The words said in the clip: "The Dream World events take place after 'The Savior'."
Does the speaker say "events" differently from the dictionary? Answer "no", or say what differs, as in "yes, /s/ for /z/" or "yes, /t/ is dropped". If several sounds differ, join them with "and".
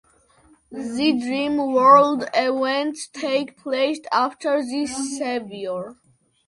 yes, /s/ is dropped